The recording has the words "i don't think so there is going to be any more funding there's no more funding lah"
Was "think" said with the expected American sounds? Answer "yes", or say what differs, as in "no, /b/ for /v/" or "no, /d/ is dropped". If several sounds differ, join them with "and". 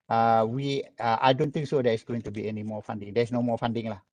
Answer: no, /t/ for /θ/